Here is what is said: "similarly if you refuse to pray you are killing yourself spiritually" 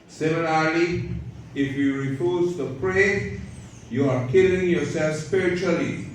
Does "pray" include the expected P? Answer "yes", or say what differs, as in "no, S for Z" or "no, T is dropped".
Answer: yes